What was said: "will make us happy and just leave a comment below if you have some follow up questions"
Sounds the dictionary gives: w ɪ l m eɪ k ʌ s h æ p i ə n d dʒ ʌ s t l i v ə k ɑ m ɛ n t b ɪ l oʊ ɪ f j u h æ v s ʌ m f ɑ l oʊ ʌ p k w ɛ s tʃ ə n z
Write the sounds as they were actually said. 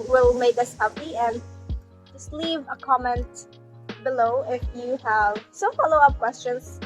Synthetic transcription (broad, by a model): w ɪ l m eɪ k ʌ s h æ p i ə n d dʒ ʌ s t l i v ə k ɑ m ɛ n t b ɪ l oʊ ɪ f j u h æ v s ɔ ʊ f ɑ l oʊ ʌ p k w ɛ s tʃ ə n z